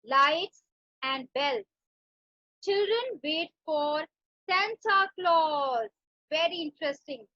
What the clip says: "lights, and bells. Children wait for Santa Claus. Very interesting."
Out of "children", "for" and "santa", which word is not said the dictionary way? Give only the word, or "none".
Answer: santa